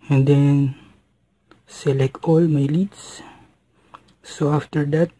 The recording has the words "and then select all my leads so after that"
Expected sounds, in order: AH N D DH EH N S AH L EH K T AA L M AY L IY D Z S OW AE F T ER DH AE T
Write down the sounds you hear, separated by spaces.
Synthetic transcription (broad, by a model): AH N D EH N S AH L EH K AA L M AY L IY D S S OW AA F T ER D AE T